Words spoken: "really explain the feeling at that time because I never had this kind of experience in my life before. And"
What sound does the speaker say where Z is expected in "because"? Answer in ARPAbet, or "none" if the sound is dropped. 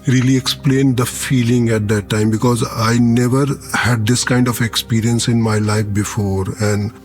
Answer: Z